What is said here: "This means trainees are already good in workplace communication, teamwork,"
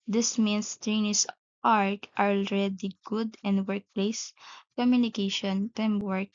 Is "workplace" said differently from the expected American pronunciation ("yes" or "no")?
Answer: no